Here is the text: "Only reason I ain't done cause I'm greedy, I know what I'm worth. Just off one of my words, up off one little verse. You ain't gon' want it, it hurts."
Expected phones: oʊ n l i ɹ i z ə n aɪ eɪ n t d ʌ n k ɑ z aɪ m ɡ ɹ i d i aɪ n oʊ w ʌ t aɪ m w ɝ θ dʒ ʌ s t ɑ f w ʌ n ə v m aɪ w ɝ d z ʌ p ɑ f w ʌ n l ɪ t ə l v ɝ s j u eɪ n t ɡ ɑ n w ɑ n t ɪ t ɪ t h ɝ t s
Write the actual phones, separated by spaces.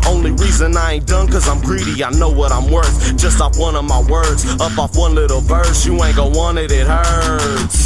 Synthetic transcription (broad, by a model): oʊ n l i ɹ i z ə n aɪ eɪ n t d ʌ n k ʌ z aɪ m ɡ ɹ i d i aɪ n oʊ w ʌ t aɪ m w ɝ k dʒ ʌ s t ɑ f w ʌ n ə v m aɪ w ɝ d z ʌ p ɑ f w ʌ n l ɪ t l b ɝ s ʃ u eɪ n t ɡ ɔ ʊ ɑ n ɪ t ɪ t h ɝ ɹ